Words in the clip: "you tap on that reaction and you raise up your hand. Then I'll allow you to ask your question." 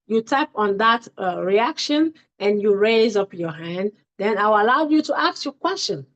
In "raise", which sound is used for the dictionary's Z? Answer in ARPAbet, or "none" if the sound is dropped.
Z